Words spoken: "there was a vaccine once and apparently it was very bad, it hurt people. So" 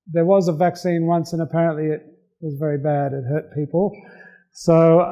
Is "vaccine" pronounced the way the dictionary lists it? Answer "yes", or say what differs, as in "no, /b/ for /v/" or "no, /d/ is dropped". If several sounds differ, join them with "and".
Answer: yes